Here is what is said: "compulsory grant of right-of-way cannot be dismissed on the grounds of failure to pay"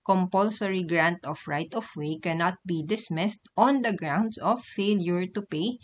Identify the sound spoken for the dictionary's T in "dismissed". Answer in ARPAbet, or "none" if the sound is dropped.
T